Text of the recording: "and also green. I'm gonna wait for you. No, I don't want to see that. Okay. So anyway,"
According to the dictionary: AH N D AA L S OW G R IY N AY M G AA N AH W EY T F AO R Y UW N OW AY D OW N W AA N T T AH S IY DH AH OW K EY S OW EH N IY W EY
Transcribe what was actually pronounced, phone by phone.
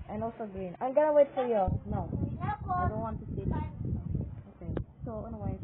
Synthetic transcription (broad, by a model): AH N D AA L S OW G R IY N AY M G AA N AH W EY T F AO R Y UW N OW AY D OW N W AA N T S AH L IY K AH OW K EY S OW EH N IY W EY